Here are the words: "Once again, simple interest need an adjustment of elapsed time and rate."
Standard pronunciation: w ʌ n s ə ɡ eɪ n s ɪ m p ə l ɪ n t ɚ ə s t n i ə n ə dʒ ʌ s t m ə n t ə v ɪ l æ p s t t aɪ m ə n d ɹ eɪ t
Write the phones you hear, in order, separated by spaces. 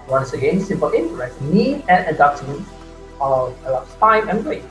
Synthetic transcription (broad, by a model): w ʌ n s ə ɡ eɪ n s ɪ m p ə l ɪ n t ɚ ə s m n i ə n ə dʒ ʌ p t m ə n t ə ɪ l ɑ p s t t aɪ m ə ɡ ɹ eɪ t